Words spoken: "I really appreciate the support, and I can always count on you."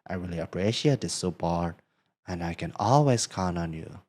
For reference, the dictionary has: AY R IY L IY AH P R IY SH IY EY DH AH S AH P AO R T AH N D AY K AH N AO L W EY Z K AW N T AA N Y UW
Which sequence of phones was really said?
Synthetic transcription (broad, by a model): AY R IY L IY AH P R IY SH IY EY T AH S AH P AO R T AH N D AY K AH N AO L W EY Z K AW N AA N Y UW